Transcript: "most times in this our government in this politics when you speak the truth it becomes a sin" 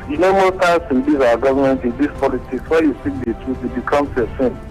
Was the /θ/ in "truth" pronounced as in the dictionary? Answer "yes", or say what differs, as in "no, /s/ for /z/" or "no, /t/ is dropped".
no, /t/ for /θ/